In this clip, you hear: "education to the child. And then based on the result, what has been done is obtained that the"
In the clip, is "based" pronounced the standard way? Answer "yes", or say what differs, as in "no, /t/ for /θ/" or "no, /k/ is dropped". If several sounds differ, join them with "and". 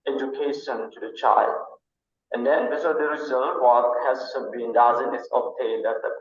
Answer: no, /t/ is dropped